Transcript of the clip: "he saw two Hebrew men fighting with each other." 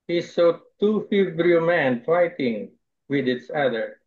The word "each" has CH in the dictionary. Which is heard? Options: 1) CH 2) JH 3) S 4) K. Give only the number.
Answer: 3